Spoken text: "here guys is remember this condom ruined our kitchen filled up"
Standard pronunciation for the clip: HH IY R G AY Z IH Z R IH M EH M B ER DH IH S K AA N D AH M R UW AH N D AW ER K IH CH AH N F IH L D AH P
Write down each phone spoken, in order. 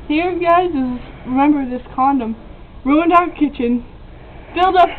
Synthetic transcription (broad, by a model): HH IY R G AY Z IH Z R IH M EH M B ER DH IH S K AA N D AH M R UW AH N D AW ER K IH CH AH N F IH L D AH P